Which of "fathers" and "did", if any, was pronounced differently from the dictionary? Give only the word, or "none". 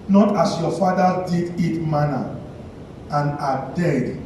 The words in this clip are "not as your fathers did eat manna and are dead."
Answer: fathers